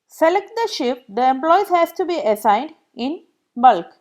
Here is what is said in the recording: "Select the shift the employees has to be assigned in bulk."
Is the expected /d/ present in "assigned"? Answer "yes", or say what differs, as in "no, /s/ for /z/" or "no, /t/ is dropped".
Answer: yes